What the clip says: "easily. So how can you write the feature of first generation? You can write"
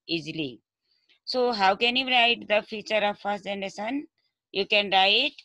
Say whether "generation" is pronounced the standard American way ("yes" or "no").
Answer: no